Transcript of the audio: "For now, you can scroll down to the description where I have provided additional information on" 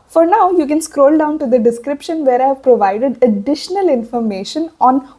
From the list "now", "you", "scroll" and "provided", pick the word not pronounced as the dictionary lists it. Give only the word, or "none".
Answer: none